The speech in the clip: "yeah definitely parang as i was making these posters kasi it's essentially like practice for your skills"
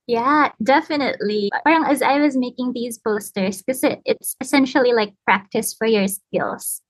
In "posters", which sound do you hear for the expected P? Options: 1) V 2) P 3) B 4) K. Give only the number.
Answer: 3